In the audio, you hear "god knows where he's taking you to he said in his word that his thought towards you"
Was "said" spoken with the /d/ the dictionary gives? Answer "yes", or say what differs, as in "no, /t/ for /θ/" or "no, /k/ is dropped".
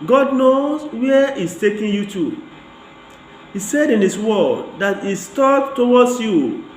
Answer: yes